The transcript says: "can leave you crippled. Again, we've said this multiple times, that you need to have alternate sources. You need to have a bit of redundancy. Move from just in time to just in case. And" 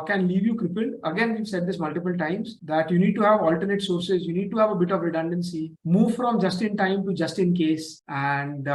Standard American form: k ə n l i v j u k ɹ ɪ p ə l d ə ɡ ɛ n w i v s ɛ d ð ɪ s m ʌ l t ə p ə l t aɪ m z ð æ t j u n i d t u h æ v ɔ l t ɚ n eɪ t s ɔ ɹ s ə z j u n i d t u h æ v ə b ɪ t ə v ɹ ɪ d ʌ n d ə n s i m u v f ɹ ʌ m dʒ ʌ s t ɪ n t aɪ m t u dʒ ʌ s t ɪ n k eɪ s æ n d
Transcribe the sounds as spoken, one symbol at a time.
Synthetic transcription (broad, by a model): k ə n l i v j u k ɹ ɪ p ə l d ə ɡ ɛ n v i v s ɛ d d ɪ s m ʌ l t ə p ə l t aɪ m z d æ t j u n i d t u h æ v ɔ l t ɚ n eɪ t s ɔ ɹ s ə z j u n i d t u h æ v ə b ɪ t ə v ɹ ɪ d ʌ n d ə n s i m u v f ɹ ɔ m dʒ ʌ s t ɪ n t aɪ m t u dʒ ʌ s t ɪ n k eɪ s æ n d